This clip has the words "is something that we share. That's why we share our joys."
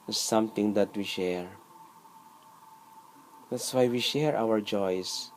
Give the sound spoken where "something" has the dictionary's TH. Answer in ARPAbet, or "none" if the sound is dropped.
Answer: T